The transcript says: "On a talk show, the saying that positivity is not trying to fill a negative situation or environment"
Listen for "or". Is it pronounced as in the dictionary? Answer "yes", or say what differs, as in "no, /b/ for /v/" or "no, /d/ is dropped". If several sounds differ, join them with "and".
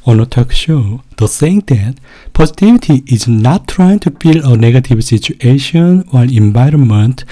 no, /l/ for /ɹ/